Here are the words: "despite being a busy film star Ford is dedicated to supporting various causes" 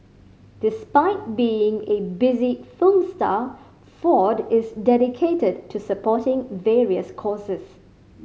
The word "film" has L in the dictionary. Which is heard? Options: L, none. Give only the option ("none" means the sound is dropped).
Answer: none